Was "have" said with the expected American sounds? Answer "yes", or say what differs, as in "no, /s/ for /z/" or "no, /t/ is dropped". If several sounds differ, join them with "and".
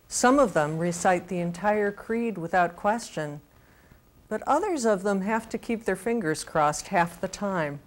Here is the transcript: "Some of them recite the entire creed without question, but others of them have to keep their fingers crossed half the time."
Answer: no, /f/ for /v/